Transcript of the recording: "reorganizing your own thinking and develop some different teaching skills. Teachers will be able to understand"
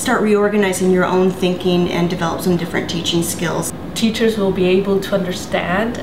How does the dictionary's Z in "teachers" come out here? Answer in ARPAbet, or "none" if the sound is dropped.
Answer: Z